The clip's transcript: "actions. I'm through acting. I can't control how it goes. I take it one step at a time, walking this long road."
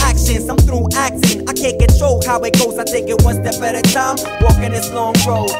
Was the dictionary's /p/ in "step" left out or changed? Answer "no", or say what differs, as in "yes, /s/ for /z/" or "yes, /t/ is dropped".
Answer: yes, /b/ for /p/